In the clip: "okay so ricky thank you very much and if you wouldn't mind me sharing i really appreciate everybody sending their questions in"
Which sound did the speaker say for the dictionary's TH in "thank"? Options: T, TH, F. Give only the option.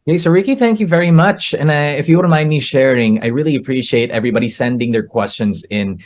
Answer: TH